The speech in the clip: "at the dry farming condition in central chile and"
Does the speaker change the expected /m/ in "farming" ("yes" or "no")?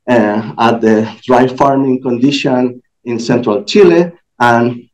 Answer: no